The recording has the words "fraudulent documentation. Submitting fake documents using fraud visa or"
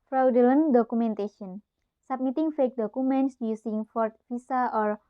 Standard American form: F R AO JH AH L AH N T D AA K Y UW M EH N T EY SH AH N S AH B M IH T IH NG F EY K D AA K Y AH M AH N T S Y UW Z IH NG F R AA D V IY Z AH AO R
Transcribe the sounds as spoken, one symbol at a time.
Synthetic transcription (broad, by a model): F R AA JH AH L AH N D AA K UW M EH N T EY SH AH N S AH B M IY T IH NG F EY K D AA K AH M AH N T S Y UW S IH NG F R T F IY S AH AO R